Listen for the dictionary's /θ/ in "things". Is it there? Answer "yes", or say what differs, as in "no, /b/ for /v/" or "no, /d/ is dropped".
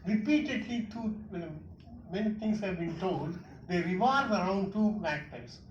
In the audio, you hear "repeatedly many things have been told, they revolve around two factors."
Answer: no, /t/ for /θ/